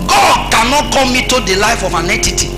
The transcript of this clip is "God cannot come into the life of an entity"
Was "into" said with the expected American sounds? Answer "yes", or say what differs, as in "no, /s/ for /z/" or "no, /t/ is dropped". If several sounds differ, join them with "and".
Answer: no, /n/ is dropped